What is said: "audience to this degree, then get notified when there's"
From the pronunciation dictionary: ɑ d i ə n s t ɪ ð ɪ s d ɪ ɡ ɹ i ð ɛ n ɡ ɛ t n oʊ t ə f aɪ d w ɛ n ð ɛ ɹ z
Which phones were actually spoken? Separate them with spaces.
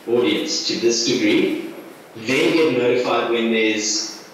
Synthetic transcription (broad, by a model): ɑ d i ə n s t ɪ ð ɪ s d ɪ ɡ ɹ i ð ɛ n ɡ ɛ t n oʊ t ə f aɪ d w ɛ n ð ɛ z